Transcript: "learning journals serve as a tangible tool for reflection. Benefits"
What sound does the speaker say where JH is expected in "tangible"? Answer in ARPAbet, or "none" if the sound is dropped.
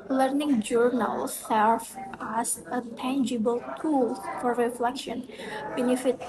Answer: JH